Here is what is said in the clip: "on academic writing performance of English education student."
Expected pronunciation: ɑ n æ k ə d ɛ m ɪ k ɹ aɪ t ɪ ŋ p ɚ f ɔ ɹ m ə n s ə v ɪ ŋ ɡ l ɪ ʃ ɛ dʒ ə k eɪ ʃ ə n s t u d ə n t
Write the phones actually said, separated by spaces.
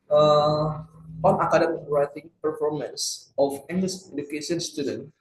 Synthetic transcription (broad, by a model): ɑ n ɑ k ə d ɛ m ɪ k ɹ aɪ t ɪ p ɚ f ɔ ɹ m ə n s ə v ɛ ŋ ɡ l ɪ s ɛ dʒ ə k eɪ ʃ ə n s t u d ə n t